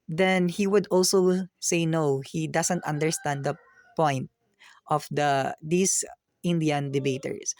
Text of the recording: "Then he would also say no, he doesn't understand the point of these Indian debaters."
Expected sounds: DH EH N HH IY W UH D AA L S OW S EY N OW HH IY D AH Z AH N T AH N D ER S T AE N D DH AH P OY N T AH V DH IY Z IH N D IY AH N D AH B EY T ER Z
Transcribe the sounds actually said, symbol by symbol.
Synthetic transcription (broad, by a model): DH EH N HH IY W UH D AA L S OW S EY N OW HH IY D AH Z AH N T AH N D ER S T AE N D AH P OY N T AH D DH IY S IH N D IY AH N D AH B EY T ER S